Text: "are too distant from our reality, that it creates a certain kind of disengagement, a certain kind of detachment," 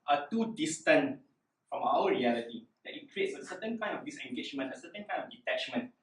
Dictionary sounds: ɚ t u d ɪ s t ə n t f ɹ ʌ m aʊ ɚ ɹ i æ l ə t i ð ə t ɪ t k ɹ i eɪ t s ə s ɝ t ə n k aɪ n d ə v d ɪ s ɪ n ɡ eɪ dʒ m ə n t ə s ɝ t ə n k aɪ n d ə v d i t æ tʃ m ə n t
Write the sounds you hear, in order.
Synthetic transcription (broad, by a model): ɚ t u d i s t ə n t f ɹ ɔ m aʊ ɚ ɹ i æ l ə t i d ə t ɪ t k ɹ i eɪ t s ə s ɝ t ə n k aɪ n d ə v d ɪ s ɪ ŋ ɡ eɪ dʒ m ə n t ə s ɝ t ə n k aɪ n d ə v d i t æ tʃ m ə n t